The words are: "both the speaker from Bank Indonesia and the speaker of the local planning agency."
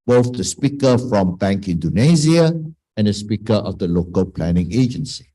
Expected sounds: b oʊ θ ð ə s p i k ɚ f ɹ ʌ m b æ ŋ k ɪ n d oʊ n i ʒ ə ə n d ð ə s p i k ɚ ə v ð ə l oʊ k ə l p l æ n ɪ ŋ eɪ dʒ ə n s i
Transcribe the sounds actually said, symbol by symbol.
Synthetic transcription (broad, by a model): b oʊ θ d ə s p i k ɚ f ɹ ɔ m b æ ŋ k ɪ n d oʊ n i z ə ə n d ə s p i k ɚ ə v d ə l oʊ k ə l p l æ n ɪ ŋ eɪ dʒ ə n s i